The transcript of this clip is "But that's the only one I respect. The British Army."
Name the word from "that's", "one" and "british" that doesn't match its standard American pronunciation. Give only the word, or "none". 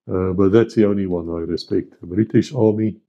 none